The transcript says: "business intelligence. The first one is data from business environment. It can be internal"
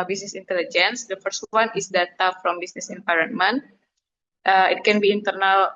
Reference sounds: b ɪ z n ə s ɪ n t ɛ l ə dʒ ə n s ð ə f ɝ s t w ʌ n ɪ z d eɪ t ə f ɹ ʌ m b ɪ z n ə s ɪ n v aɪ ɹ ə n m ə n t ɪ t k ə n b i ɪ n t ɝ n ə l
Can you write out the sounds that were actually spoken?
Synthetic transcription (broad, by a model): b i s n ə s ɪ n t ɛ l ə dʒ ə n s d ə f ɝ s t w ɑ n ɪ s d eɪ t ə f ɹ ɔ m b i s n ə s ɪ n p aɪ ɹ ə n m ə n t ɪ t k ə n b i n t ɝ n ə l